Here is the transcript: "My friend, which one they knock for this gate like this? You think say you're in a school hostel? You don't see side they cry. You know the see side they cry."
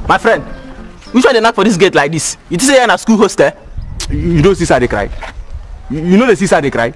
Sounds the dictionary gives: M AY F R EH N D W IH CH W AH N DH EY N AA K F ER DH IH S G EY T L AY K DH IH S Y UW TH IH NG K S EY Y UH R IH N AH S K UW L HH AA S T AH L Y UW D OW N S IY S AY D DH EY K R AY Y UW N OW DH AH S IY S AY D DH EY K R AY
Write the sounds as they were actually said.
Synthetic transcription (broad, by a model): M AY F R EH N D W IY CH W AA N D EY N AA K F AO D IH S G EY T L AY K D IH S Y UW T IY S EY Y IH N AH S K UW L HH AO S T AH Y UW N OW S IY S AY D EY K R AY Y UW N OW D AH S IY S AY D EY K R AY